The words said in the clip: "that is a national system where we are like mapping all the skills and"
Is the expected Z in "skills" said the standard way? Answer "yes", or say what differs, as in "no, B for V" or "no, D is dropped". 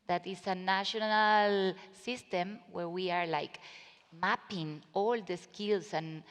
no, S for Z